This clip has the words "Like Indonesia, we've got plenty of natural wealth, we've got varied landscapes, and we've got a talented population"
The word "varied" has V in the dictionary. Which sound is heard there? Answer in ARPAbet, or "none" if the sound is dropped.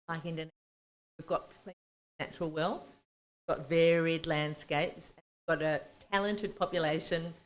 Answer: V